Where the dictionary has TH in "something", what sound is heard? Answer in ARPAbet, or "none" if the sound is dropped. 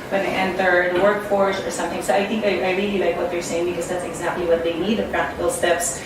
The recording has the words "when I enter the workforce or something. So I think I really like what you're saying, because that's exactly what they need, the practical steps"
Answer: TH